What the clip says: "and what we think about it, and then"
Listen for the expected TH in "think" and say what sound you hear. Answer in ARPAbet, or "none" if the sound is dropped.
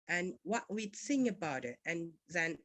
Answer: S